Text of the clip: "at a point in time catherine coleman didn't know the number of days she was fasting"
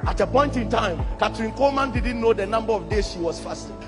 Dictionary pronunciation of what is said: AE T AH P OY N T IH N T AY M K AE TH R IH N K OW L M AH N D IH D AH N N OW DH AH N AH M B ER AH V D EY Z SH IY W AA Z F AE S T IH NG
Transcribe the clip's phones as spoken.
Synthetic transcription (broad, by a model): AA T AH P OY N T IH N T AY M K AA T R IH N K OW M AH N D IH D N N OW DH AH N AH M B ER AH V D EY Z SH IY W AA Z F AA S T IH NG